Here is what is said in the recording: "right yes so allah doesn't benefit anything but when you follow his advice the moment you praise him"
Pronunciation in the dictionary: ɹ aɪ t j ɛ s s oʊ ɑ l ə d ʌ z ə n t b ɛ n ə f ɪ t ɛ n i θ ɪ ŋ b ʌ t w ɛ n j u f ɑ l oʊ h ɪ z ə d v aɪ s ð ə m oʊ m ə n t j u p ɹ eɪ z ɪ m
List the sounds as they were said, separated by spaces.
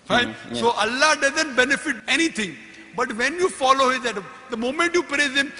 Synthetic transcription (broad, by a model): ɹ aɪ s s oʊ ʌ l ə d ʌ z ə n t b ɛ n ə f ɪ t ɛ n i t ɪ ŋ b ʌ t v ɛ n j u f ɑ l oʊ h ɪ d ɛ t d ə m oʊ m ə n t j u p ɹ eɪ z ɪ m